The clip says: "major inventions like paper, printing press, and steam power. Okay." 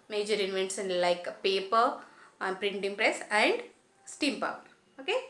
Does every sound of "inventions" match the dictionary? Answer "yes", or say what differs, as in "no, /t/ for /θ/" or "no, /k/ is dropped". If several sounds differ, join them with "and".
no, /s/ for /ʃ/